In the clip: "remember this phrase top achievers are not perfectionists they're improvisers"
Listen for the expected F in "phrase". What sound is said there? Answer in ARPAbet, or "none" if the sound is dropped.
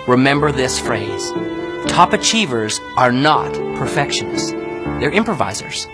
F